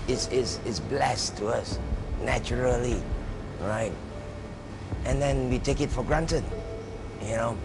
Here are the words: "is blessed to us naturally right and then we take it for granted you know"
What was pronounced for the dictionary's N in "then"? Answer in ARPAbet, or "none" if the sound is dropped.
N